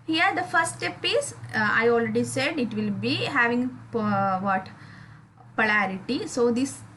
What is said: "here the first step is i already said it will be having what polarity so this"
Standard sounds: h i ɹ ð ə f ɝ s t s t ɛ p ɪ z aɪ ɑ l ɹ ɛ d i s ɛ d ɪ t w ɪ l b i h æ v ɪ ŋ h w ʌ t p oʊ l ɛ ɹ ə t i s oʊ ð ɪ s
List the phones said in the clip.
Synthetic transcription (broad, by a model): h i ɹ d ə f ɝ t s t ɛ p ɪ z aɪ ɑ l ɹ ɛ d i s ɛ d ɪ t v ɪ l b i h æ v ɪ ŋ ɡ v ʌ t p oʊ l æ ɹ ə t i s oʊ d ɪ s